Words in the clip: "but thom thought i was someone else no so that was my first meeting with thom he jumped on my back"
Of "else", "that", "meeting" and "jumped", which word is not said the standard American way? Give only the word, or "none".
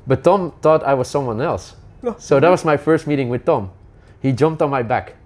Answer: none